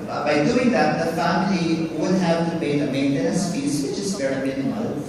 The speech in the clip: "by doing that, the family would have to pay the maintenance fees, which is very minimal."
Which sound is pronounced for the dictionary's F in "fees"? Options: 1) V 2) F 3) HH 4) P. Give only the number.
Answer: 4